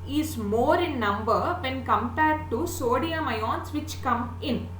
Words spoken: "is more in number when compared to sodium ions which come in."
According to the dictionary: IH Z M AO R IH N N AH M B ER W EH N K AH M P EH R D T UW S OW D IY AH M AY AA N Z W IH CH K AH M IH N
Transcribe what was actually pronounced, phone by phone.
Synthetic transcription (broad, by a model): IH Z M AO R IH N N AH M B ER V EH N K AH M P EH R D T UW S OW D IY AH M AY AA N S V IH CH K AH M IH N